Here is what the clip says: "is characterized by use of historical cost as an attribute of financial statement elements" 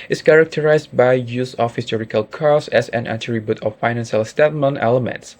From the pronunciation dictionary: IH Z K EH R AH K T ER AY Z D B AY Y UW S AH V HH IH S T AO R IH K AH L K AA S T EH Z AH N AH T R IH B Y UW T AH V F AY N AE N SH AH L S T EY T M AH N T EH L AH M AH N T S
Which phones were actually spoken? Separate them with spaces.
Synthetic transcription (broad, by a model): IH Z K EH R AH K T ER AY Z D B AY Y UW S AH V HH IH S T AO R IH K AH L K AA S EH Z AH N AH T R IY B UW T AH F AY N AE N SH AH L S T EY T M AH N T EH L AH M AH N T S